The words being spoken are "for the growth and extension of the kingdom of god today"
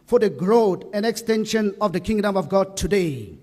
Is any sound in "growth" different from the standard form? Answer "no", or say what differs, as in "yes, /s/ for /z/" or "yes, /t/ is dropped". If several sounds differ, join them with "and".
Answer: yes, /t/ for /θ/